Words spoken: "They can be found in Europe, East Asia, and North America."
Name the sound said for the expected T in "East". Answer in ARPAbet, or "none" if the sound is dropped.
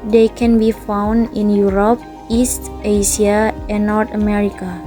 T